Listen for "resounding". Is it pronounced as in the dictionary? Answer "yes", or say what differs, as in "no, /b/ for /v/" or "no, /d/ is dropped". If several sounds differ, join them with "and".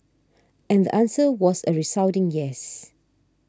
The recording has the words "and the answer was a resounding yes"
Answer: no, /n/ is dropped